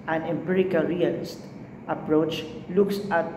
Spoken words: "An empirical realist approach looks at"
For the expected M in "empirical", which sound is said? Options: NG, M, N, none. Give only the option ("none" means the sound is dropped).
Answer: M